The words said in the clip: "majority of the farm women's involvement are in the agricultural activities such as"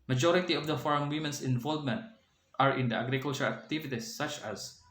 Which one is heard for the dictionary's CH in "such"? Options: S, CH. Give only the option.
CH